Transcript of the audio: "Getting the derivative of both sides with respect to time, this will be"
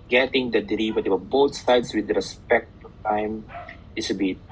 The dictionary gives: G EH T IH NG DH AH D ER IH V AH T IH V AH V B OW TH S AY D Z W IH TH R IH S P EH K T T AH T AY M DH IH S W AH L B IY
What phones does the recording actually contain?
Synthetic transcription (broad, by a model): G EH T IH NG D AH D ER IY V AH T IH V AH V B OW T S AY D S W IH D R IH S P EH K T T AH T AY M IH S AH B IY